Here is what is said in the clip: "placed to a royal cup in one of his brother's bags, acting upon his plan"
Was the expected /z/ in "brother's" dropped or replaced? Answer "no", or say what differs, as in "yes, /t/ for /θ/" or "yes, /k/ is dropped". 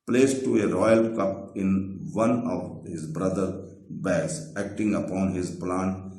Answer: yes, /z/ is dropped